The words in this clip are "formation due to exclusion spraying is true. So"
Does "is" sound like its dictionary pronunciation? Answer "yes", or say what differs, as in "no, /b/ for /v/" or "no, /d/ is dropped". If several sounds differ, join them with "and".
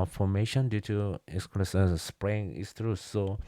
no, /s/ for /z/